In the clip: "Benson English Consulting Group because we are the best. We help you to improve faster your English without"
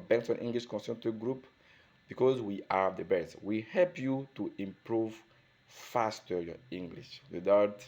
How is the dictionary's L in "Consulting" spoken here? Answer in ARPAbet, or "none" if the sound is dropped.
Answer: N